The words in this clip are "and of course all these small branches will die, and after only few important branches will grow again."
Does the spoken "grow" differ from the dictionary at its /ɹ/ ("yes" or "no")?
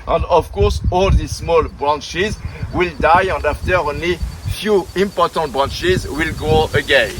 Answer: yes